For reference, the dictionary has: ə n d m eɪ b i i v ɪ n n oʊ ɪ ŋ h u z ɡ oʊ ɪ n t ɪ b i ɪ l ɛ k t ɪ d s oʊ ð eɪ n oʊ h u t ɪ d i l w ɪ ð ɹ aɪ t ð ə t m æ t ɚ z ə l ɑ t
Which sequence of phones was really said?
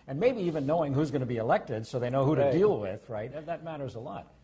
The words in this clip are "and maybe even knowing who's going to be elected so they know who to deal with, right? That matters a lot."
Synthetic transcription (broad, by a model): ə n m eɪ b i i v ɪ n n oʊ ɪ ŋ h u z ɡ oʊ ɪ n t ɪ b i ɪ l ɛ k t ɪ d s oʊ ð eɪ n oʊ h u t ɪ d i l w ɪ ð ɹ aɪ t ð ə t m æ t ɚ z ə l ɑ t